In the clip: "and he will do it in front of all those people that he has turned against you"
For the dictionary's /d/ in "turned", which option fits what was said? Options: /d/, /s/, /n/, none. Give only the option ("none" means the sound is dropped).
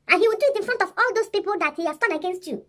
none